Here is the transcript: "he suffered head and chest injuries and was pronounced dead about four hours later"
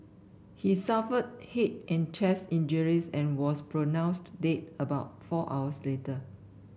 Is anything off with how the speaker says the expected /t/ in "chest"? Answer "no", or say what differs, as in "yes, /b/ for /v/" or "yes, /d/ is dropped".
yes, /t/ is dropped